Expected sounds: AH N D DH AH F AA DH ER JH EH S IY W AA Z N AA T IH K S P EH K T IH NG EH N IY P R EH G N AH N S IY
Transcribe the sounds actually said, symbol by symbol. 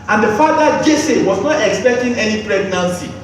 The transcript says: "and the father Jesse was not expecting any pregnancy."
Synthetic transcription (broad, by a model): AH N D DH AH F AA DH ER JH EH S IY W AA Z N AA T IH K S P EH K T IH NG EH N IY P R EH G N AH N S IY